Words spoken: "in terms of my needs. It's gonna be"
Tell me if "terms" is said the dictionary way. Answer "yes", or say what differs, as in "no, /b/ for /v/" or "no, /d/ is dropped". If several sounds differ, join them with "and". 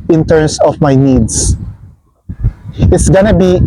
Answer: no, /s/ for /z/